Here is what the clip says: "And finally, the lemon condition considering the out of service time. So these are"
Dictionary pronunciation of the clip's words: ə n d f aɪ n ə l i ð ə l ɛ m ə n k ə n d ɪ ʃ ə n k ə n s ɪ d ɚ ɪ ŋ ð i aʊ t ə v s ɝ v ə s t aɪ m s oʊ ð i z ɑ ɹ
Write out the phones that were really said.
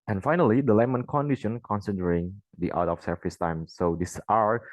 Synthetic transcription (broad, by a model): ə n f aɪ n ə l i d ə l ɛ m ə n k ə n d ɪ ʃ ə n k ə n s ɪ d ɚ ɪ ŋ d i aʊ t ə f s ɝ f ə s t aɪ m s oʊ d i s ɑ ɹ